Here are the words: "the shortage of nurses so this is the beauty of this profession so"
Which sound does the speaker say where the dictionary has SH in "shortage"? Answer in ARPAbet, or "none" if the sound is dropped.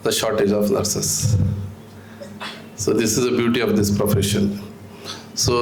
SH